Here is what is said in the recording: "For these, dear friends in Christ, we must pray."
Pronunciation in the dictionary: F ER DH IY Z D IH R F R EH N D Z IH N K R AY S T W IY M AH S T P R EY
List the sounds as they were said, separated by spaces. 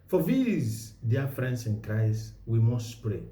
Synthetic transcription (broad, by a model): F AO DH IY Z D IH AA F R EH N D S IH N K R AY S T W IY M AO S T P R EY